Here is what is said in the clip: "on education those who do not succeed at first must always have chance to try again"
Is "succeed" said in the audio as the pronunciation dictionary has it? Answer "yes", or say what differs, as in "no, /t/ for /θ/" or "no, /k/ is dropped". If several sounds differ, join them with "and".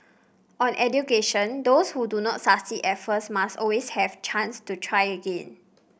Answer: no, /k/ is dropped